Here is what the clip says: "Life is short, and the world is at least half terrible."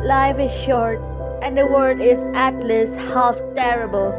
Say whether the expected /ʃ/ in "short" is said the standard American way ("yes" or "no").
yes